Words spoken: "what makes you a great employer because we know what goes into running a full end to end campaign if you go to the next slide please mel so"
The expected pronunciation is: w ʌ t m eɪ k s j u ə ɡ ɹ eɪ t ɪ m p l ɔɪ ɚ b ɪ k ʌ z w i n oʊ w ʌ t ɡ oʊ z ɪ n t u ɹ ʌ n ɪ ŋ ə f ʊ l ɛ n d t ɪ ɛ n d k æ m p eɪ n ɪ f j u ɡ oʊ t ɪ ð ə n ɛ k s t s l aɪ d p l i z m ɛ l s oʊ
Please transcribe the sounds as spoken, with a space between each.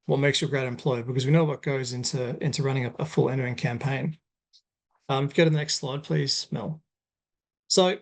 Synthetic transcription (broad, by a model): w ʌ t m eɪ k s j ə ɡ ɹ eɪ t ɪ m p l ɔɪ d b ɪ k ʌ z w i n oʊ w ʌ t ɡ oʊ z ɪ n t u ɹ ʌ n ɪ ŋ ə f ʊ l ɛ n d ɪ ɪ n k æ m p eɪ n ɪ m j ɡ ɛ t ɪ ð ə n ɛ k s t s l aɪ d p l i z m ɛ l s oʊ